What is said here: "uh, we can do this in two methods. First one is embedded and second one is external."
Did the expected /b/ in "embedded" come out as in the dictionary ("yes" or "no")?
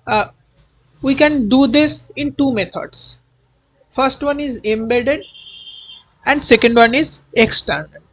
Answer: yes